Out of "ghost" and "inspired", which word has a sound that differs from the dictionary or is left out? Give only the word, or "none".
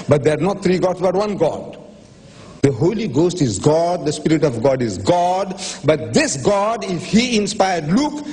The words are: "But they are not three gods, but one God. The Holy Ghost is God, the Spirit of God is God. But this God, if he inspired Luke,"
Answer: none